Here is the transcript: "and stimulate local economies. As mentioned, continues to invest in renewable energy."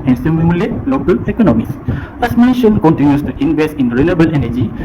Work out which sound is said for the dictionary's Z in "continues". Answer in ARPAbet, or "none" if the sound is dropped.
S